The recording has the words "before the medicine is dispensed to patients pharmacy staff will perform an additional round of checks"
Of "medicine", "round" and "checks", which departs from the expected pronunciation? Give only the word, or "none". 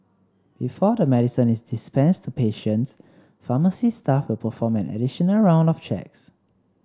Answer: none